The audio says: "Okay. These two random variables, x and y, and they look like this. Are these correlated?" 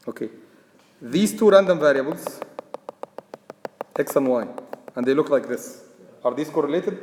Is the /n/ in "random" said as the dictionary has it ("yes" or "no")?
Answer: yes